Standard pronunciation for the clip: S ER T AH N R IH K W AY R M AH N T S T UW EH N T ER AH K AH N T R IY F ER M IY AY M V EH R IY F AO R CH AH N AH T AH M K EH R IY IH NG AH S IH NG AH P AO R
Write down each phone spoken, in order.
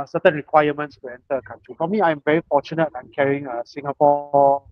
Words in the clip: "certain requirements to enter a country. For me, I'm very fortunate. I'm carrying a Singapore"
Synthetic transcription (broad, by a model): S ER T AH N R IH K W AY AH M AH N T S T UW EH N T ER AH K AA N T R IY F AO M IY AY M V EH R IY F AO CH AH N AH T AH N K EH R IY IH NG AH S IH NG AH P AO